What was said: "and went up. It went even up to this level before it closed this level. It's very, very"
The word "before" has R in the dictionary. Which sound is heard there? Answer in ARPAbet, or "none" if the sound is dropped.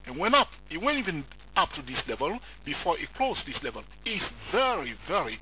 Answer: R